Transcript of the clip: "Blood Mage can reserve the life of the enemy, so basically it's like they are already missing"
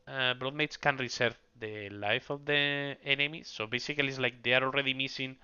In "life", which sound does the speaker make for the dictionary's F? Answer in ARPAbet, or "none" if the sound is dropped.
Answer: F